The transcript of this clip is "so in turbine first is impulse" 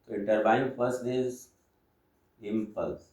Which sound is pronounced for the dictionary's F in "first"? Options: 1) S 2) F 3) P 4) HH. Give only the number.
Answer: 3